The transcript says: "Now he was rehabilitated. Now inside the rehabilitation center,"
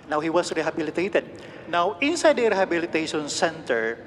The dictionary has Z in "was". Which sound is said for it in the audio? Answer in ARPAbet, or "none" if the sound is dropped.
S